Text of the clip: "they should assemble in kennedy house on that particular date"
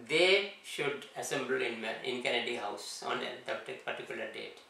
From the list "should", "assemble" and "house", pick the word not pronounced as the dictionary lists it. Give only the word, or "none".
assemble